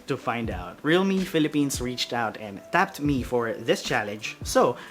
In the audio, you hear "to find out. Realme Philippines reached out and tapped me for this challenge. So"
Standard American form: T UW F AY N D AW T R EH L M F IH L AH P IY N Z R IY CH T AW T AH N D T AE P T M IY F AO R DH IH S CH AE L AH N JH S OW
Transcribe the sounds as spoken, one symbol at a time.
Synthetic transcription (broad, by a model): T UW F AY N D AW T R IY L M F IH L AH P IY N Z R IY CH T AW T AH N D T AE P T M IY F AO R DH IH S CH AE L AH N JH S OW